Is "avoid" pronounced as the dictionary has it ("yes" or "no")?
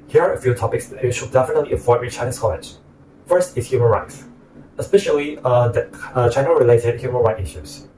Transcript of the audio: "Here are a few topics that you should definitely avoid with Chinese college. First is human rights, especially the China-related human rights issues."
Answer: no